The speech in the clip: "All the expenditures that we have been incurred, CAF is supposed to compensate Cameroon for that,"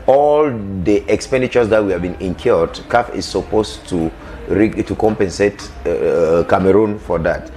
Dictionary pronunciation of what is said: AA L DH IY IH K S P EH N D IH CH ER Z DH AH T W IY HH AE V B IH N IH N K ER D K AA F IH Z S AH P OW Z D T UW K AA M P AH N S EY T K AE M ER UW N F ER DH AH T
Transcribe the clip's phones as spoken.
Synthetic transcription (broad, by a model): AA L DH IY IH K S P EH N D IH CH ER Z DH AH T W IY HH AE V B IH N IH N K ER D K AA F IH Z S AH P OW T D T UW K AA M P AH N S EY T K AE M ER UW N F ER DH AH T